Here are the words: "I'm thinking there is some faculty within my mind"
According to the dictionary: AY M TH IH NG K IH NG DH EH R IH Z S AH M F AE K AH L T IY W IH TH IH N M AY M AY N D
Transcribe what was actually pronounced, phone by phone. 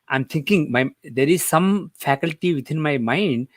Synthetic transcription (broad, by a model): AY M T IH NG K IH NG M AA R IH Z S AH M F AE K AH L T IY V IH T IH N M AY M AY N D